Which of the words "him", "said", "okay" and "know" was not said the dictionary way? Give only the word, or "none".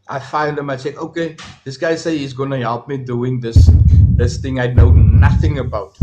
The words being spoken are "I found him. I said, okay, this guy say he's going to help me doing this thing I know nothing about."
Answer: said